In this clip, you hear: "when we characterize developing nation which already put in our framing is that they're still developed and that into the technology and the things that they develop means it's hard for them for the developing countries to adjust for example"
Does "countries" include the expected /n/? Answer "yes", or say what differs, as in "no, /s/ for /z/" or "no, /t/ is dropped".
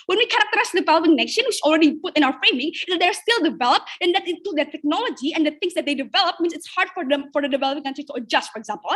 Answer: no, /n/ is dropped